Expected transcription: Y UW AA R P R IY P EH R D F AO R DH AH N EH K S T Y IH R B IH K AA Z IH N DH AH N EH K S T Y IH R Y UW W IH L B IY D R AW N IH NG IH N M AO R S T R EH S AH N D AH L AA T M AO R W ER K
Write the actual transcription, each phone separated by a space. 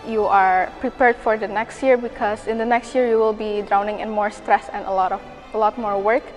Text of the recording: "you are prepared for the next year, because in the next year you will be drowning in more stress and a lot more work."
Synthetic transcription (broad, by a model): Y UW AA R P R IY P EH R D F AO R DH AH N EH K S T Y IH R B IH K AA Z IH N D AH N EH K S T Y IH R Y UW W IH L B IY D R AW N IH NG IH N M AO R S T R EH S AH N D AH L AA T M AO R W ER K